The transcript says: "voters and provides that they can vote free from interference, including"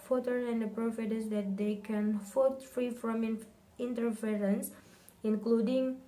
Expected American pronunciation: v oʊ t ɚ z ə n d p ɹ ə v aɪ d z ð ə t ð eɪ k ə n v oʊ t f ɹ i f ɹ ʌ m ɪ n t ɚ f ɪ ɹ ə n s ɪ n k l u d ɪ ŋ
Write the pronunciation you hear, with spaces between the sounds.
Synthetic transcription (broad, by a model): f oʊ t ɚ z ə n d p ɹ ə f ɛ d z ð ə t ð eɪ k ə n f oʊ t f ɹ i f ɹ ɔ m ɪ n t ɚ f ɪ ɹ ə n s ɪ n k l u d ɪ ŋ